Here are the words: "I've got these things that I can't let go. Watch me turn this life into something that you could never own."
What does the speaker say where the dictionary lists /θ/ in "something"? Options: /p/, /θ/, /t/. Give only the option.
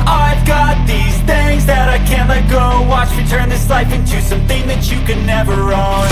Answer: /θ/